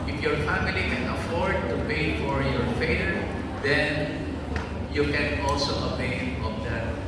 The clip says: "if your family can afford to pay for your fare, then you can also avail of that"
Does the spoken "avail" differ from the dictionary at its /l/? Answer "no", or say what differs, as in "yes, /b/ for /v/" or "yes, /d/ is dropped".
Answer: yes, /n/ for /l/